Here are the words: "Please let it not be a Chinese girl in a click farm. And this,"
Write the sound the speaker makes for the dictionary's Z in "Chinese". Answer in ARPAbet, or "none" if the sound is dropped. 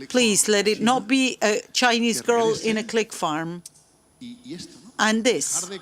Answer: Z